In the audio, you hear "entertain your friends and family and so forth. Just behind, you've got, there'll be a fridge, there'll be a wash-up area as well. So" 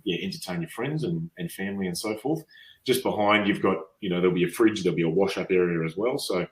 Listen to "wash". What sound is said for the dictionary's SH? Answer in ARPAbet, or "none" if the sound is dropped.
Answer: SH